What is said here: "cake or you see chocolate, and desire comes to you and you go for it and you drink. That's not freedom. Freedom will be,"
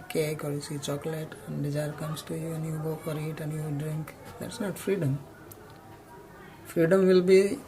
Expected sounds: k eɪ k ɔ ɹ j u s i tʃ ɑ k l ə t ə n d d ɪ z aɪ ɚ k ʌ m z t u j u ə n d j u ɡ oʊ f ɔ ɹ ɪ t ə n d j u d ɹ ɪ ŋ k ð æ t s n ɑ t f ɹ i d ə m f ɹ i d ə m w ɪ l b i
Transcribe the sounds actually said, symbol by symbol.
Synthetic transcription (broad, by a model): k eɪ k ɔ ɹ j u s i tʃ ɑ k l ə t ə n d d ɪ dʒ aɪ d k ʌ m s t u j u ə n j u ɡ oʊ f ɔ ɹ ɪ t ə n j u d ɹ ɪ ŋ k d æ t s n ɑ t f ɹ i d ə m f ɹ i d ə m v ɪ l b i